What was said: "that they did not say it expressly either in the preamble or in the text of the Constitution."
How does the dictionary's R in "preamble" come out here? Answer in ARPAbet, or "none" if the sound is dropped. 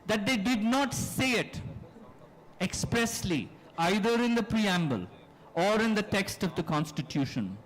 R